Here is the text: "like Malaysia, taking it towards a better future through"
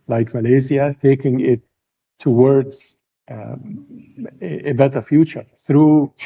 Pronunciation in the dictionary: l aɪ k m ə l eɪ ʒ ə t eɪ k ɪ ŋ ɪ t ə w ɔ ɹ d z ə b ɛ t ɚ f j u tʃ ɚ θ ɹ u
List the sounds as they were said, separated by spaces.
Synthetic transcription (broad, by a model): l aɪ k m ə l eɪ z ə t eɪ k ɪ ŋ ɪ t ə w ɔ ɹ d z ə b ɛ t ɚ f j u tʃ ɚ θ ɹ u